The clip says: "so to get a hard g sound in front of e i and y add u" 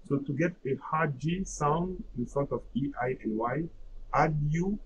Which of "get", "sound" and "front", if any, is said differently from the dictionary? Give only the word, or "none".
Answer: front